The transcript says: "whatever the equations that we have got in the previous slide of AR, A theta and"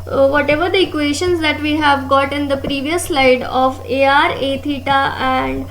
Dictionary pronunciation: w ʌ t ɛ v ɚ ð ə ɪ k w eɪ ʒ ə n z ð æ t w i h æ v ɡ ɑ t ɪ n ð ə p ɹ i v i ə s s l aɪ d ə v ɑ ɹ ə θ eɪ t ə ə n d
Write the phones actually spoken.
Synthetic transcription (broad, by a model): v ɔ t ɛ v ɚ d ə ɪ k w eɪ ʃ ə n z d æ t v i h æ v ɡ ɑ t ɪ n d ə p ɹ i v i ə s s l aɪ d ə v ɑ ɹ ə t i t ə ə n d